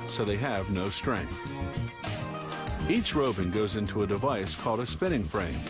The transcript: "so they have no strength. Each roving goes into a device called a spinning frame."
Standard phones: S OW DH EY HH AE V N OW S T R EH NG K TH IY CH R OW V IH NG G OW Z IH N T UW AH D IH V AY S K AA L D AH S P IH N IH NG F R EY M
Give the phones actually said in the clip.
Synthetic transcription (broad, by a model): S OW DH EY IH V N OW S T R EH NG K TH IY CH R OW B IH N G OW Z IH N T UW AH D IH V AY S K AA L D AH S P IH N IH NG F R EY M